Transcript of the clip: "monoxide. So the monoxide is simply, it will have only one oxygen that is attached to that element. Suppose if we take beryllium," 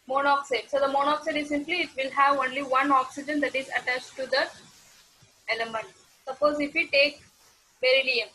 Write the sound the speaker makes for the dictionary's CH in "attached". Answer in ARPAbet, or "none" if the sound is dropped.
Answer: CH